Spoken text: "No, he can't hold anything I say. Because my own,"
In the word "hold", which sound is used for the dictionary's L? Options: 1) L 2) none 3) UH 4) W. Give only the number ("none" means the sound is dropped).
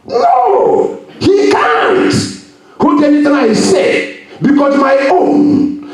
2